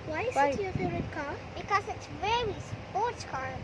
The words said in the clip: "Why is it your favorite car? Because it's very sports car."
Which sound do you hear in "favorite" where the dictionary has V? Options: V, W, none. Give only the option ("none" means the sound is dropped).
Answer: none